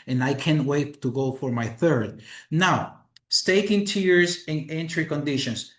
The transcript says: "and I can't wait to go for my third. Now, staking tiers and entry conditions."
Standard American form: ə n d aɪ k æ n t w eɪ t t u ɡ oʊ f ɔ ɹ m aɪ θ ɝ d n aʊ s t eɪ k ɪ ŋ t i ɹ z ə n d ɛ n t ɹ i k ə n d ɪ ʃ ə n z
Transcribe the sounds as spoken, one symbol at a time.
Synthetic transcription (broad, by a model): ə n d aɪ k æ n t w eɪ t t u ɡ oʊ f ɔ ɹ m aɪ θ ɝ d n aʊ s t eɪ k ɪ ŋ t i ɹ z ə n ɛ n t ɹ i k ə n d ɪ ʃ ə n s